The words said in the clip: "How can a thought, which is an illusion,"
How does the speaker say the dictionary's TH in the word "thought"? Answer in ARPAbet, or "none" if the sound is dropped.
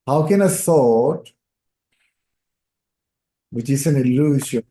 S